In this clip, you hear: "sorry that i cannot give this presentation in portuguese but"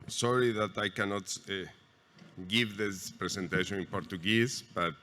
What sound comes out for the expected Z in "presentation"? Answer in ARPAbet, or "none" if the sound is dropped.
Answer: S